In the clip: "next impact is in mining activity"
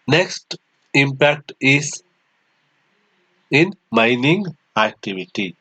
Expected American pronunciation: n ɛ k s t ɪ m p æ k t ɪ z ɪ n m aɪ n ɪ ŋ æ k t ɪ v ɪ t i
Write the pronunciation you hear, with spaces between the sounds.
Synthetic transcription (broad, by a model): n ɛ k s t ɪ m p æ k t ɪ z ɪ n m aɪ n ɪ ŋ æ k t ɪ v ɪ t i